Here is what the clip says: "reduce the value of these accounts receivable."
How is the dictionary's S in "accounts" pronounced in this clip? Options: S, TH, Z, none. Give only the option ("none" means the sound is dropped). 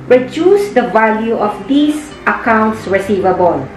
S